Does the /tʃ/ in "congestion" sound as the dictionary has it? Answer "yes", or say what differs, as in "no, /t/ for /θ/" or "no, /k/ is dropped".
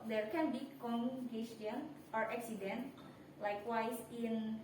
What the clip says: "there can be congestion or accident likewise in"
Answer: no, /tʃ/ is dropped